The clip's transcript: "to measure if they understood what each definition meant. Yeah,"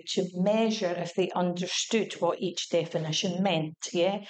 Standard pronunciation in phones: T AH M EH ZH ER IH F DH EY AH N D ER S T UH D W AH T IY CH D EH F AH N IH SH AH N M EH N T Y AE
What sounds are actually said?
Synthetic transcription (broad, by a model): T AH M EH ZH ER IH F DH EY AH N D ER S T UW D W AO T IY CH D EH F AH N IH SH AH N M EH N T Y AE